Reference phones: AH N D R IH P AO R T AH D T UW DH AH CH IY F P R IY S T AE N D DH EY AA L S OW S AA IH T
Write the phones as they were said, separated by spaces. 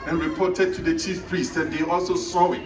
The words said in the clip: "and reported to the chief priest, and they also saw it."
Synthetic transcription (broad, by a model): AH N R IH P AO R T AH D T UW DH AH CH IY F P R IY S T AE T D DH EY AA L S OW S AA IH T